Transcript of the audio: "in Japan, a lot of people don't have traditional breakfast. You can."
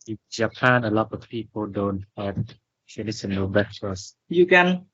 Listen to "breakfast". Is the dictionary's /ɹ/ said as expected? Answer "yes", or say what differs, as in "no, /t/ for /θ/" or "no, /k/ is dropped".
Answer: no, /ɹ/ is dropped